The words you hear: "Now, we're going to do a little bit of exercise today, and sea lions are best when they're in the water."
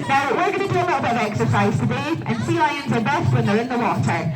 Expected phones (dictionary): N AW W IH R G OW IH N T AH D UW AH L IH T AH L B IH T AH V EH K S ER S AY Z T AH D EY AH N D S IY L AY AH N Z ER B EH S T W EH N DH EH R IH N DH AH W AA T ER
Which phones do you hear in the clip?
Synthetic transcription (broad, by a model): N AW W IH R G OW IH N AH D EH AH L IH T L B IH AH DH EH K S ER S AY Z T AH D EY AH N S IY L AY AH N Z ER B EH S T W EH N DH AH R IH N DH AH W AA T ER